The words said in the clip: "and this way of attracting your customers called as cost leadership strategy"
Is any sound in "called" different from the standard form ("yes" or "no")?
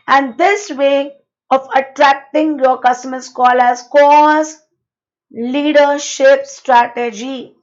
yes